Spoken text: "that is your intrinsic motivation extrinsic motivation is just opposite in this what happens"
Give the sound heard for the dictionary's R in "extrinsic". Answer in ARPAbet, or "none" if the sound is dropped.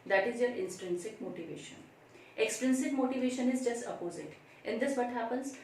R